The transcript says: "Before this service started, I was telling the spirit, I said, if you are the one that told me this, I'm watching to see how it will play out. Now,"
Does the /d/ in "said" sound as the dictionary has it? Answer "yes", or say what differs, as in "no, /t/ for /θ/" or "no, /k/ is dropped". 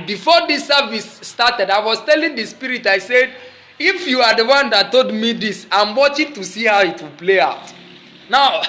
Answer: yes